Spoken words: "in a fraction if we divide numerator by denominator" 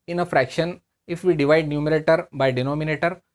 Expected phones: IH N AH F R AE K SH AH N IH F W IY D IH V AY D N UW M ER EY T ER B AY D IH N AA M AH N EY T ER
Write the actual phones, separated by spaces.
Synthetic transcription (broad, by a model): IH N AH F R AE K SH AH N IH F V IY D IH V AY D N UW M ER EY T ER B AY D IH N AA M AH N EY T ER